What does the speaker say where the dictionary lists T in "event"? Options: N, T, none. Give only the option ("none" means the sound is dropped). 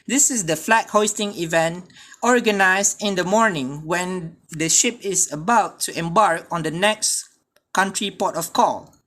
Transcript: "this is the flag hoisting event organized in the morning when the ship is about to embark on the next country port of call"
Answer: T